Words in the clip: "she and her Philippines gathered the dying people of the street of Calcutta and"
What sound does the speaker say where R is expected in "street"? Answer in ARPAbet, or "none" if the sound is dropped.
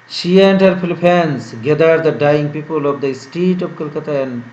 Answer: none